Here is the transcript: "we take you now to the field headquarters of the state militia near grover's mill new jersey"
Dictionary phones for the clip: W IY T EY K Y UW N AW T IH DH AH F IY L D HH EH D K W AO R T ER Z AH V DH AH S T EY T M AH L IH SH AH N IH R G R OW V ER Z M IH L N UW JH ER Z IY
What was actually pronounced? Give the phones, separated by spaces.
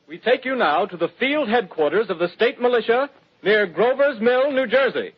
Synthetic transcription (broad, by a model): W IY T EY K Y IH N AW T IH DH AH F IY L D HH EH D K W AO R T ER Z AH V DH AH S T EY T M AH L IH SH AH N IH R G R OW V ER Z M IH L N UW JH ER Z IY